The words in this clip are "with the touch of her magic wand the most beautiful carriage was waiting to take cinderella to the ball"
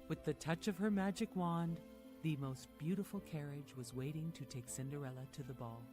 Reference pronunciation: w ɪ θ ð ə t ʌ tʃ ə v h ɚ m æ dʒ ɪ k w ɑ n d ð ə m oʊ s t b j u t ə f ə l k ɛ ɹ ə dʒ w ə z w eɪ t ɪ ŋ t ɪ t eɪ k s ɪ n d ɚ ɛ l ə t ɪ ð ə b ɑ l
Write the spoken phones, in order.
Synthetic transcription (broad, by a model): w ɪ ð ə t ʌ tʃ ə v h ɚ m æ dʒ ɪ k w ɑ n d ð ə m oʊ s t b j u t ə f l k ɛ ɹ ə dʒ w ə z w eɪ t ɪ ŋ t ɪ t eɪ k s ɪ n d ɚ ɛ l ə t ɪ ð ə b ɑ l